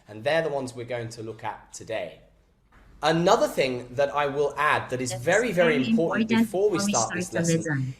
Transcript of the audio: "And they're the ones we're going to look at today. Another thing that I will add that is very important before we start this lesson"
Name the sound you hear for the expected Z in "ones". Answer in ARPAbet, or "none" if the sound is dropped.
Z